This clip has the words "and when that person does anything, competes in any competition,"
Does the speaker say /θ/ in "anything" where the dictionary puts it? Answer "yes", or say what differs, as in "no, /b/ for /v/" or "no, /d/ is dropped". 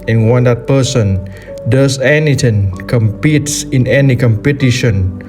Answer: no, /t/ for /θ/